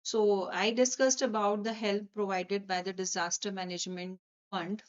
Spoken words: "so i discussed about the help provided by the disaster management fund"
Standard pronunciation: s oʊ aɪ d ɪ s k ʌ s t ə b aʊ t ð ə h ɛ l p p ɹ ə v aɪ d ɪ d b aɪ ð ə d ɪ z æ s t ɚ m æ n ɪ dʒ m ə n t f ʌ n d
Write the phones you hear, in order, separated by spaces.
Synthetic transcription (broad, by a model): s oʊ aɪ d ɪ s k ʌ s t ə b aʊ t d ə h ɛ l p p ɹ ə v aɪ d ɪ d b aɪ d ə d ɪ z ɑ s t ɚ m æ n ɪ dʒ m ə n t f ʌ n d